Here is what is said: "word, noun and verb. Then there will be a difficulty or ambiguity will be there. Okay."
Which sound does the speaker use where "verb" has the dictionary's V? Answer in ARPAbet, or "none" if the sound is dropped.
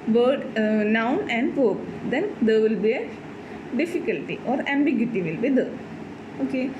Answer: P